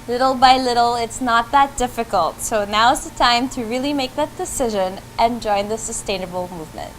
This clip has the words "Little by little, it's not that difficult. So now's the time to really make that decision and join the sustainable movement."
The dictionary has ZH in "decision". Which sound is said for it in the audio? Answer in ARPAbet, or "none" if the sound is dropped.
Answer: ZH